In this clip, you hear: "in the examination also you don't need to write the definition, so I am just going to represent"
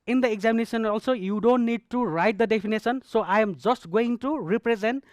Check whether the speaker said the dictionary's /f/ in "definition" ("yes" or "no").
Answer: no